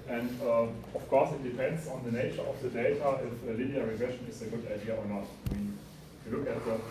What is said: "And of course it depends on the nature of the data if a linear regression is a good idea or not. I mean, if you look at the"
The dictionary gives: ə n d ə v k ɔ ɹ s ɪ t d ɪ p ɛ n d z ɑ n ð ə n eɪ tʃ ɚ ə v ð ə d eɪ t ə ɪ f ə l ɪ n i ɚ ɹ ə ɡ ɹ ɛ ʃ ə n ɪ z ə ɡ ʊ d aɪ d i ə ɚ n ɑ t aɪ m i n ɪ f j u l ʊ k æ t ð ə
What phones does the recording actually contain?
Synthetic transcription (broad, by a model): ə n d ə f k ɔ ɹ s ɪ t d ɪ p ɛ n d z ɑ n ð ə n eɪ tʃ ɚ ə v ð ə d eɪ t ə ɪ f ə l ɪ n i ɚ ɹ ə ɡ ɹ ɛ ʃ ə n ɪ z ə ɡ ʊ d aɪ d i ə ɚ n ɑ t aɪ m i n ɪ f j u l ʊ k æ t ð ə